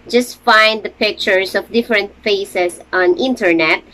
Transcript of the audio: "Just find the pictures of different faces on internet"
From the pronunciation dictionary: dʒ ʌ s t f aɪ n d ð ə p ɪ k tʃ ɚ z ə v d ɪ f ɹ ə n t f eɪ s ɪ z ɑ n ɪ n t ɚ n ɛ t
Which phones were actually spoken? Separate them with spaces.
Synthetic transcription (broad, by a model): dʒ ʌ s t f aɪ n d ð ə p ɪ k tʃ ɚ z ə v d ɪ f ɹ ə n t f eɪ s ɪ s ɑ n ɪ n t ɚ n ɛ t